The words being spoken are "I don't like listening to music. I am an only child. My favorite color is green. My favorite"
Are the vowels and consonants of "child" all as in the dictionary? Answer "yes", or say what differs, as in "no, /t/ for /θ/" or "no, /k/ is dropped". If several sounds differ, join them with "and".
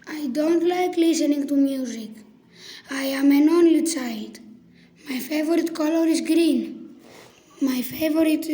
no, /s/ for /tʃ/